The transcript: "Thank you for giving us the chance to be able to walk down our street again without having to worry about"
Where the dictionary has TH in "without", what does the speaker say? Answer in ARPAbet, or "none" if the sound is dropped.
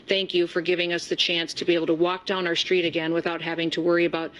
TH